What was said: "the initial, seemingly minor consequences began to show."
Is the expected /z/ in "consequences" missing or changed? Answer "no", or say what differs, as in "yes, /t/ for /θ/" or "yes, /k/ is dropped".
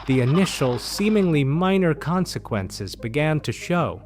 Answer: no